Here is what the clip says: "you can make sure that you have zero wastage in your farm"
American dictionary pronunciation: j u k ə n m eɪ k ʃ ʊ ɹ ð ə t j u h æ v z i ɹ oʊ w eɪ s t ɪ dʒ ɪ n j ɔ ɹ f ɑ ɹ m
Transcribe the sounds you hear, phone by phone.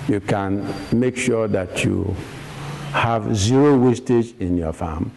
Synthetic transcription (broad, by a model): j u k ə n m eɪ k ʃ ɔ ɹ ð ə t j u h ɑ v z i ɹ oʊ w eɪ s t ɪ dʒ ɪ n j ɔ f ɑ m